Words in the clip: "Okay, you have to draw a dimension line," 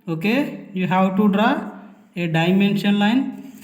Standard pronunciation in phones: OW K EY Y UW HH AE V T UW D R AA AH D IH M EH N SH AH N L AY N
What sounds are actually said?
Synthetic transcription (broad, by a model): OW K EY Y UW HH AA W T UW D R AA AH D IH M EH N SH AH N L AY N